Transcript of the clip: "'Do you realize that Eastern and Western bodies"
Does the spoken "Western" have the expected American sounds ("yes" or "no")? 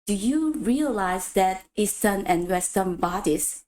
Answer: no